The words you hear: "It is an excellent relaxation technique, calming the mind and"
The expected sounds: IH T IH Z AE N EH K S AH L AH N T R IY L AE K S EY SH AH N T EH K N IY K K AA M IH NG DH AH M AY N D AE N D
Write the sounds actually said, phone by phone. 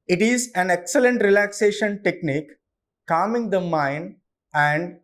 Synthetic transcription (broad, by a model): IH T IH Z AE N EH K S AH L AH N T R IY L AE K S EY SH AH N T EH K N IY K K AA M IH NG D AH M AY N AE N D